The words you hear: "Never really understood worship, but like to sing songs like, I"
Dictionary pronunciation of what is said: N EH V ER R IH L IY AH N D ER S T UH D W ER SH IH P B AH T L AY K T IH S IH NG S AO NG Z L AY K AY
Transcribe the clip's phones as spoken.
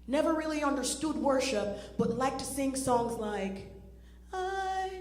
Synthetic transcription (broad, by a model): N EH V ER R IH L IY AH N D ER S T UH D W ER SH IH P B AH T L AY K T IH S IH NG S AO NG Z L AY K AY